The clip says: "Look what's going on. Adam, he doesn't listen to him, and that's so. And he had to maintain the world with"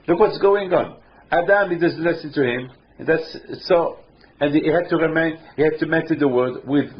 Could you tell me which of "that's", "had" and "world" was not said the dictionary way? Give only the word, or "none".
world